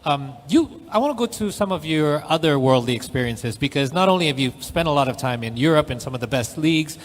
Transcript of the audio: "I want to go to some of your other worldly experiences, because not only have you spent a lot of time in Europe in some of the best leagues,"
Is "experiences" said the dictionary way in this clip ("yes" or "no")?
yes